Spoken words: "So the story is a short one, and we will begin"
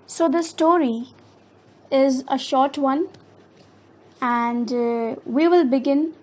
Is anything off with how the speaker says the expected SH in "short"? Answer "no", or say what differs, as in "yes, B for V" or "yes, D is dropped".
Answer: no